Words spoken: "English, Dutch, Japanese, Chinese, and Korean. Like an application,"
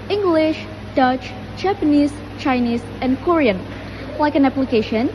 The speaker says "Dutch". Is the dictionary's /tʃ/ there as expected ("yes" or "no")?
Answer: yes